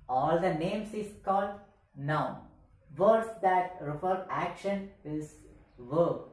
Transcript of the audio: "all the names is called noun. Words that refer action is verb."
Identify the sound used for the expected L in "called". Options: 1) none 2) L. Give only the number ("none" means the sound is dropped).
2